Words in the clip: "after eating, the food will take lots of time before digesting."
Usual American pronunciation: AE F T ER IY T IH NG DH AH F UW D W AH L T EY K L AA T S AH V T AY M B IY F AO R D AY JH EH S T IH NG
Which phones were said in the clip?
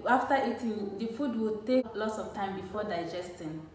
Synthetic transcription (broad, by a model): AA F T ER IY T IH NG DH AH F UW D W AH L T EY K L AA T S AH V T AY M B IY F AO D AY JH EH S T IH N